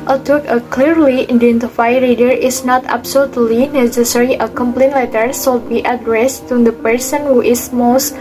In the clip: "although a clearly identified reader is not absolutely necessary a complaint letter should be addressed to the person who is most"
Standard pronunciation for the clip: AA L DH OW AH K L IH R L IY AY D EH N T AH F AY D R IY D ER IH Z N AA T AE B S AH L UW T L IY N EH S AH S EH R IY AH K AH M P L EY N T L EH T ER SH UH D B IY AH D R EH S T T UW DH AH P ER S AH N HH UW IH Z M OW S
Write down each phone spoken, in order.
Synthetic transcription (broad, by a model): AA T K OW AH K L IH R L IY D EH N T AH F AY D R IY D ER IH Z N AA T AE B S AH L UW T L IY N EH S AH S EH R IY AH K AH M P L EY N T L EH T ER S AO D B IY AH D R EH S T T UW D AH P ER S AH N HH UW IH S M OW S